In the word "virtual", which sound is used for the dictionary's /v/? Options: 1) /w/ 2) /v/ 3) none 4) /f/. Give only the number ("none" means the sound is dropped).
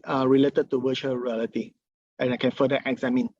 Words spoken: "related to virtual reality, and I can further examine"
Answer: 1